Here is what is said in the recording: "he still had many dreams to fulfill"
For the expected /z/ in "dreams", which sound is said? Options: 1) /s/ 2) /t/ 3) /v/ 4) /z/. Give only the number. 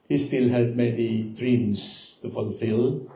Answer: 1